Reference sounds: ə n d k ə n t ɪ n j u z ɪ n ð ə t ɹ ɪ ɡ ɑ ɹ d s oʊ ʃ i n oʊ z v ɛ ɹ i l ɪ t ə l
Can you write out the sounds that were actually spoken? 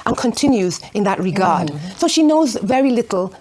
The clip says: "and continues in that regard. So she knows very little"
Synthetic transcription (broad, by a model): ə n k ə n t ɪ n j u z ɪ n ð ə t ɹ ɪ ɡ ɑ ɹ d s oʊ ʃ i n oʊ z v ɛ ɹ i l ɪ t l